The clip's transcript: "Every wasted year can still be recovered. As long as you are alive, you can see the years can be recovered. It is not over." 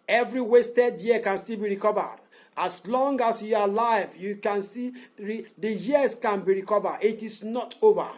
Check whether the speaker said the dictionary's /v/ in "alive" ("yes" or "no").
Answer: yes